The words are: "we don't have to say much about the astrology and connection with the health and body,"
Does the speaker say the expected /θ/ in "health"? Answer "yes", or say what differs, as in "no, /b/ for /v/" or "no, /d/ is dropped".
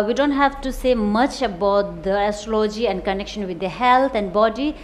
no, /t/ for /θ/